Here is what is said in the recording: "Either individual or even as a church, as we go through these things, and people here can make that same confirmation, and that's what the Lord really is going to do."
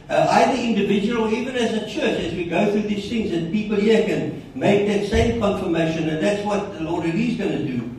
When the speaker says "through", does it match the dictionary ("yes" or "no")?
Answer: yes